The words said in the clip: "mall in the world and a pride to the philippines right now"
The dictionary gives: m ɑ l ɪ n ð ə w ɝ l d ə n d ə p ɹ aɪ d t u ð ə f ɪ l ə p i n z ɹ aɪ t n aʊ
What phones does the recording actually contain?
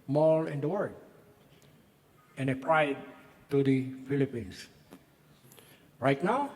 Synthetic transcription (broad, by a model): m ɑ l ɪ n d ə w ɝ d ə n ə p ɹ aɪ d t u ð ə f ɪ l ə p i n s ɹ aɪ t n aʊ